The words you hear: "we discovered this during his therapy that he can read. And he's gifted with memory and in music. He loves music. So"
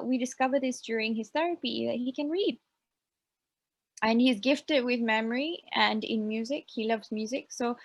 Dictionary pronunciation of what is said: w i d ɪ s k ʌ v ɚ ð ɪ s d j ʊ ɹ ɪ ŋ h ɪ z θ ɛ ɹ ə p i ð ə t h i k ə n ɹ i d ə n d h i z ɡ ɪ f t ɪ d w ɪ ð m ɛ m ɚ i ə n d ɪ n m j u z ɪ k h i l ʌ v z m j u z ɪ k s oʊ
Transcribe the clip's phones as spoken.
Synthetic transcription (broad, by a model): w i d ɪ s k ʌ v ɚ ð ɪ s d j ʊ ɹ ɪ ŋ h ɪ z θ ɛ ɹ ə p i ð ə t h i k ə n ɹ i d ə n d h i z ɡ ɪ f t ɪ d w ɪ ð m ɛ m ɚ i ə n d ɪ n m j u z ɪ k h i l ʌ v z m j u z ɪ k s oʊ